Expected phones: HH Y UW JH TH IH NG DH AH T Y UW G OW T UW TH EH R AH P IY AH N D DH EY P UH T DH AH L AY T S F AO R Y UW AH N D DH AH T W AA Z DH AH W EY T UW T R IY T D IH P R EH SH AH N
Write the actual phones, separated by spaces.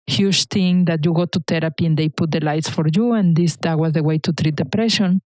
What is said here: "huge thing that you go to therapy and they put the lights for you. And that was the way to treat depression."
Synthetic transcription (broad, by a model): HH Y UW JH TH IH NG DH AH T Y UW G OW T UW T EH R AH P IY AH N D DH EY P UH T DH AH L AY T S F AO R Y UW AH N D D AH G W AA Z DH AH W EY T UW T R IY T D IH P R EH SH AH N